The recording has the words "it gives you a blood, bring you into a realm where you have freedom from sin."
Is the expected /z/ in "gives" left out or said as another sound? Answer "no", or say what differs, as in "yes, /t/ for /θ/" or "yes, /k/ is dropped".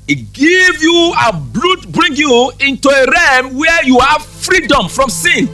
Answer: yes, /z/ is dropped